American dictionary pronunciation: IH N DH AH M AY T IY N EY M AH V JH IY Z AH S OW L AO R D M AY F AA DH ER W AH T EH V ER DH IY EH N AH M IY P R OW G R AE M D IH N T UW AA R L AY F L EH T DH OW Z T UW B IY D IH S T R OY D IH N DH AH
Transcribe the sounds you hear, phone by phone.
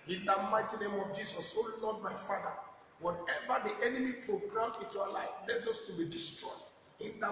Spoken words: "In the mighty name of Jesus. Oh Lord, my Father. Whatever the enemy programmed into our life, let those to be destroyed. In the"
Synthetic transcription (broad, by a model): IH N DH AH M AY T IY N EY M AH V JH IY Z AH S OW L AO D M AY F AA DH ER W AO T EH V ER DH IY EH N AH M IY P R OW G R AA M IH N T UW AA L AY F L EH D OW S T UW B IY D IH S T R OY D IH N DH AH